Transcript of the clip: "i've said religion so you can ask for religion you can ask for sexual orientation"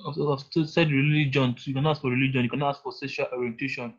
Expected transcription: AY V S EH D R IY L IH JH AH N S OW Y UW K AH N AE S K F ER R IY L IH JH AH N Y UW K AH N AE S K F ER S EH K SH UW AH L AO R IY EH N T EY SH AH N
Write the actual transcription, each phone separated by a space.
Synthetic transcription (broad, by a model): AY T S EH D R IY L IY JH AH N Y UW K AH N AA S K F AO R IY L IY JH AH N Y UW K AH N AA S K F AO S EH SH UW L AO R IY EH N T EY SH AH N